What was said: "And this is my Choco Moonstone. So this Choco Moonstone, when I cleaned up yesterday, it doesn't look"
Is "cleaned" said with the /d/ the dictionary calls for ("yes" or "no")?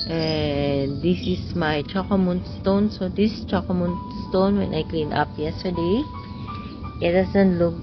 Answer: no